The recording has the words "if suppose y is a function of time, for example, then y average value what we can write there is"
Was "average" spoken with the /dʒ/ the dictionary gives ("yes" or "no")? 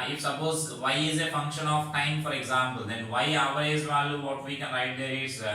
no